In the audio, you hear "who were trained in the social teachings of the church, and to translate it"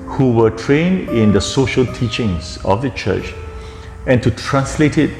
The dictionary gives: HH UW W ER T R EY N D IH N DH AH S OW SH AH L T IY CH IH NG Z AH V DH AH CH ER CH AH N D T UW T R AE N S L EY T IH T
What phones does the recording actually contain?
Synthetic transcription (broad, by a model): HH UW W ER T R EY N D IH N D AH S OW SH AH L T IY CH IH NG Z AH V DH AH CH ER CH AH N T UW T R AE N S L EY T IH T